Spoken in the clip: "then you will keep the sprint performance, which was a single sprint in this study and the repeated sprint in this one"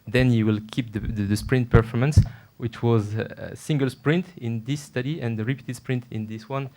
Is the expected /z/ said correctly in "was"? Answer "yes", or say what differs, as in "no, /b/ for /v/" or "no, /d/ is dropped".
yes